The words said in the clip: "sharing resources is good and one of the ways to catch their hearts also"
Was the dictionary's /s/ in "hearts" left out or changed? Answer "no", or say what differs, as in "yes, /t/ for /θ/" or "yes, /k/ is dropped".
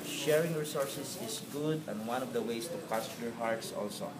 no